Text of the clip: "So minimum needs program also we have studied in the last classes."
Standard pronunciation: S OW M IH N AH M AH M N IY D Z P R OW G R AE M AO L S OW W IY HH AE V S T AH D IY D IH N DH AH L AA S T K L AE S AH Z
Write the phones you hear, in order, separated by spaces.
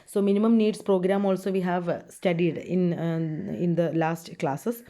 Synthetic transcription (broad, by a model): S OW M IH N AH M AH M N IY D S P R OW G R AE M AO L S OW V IY HH AE V S T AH D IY D IH N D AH L AA S T K L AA S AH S